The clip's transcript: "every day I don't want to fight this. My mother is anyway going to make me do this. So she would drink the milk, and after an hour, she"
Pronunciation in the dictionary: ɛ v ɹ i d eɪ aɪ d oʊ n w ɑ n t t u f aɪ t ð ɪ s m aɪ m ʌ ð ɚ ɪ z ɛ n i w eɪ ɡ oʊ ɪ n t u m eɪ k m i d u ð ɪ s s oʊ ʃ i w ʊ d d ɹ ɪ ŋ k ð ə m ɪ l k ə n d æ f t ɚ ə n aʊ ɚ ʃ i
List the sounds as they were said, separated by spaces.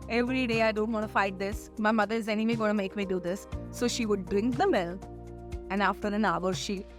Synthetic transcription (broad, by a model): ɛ v ɹ i d eɪ aɪ d oʊ n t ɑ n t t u f aɪ t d ɪ s m aɪ m ʌ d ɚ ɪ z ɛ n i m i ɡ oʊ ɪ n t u m eɪ k m i d u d ɪ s s oʊ ʃ i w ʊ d d ɹ ɪ ŋ k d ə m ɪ l ə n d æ f t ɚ ə n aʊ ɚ ʃ i